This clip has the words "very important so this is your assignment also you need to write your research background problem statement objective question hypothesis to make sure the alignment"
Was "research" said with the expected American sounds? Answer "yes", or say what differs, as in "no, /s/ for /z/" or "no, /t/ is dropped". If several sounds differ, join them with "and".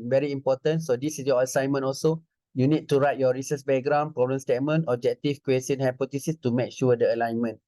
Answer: no, /s/ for /tʃ/